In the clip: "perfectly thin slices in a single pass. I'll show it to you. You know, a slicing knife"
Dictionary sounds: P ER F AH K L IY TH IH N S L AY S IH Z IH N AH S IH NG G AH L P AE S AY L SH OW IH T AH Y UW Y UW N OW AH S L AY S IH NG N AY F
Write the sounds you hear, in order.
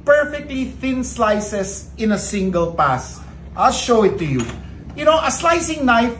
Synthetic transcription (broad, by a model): P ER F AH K L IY TH IH N S L AY S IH S IH N AH S IH NG G AH L P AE S AY L SH OW IH T AH Y UW Y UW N OW AH S L AY S IH NG N AY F